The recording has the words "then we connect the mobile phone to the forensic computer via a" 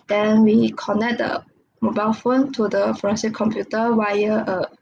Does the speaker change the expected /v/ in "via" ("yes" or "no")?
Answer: yes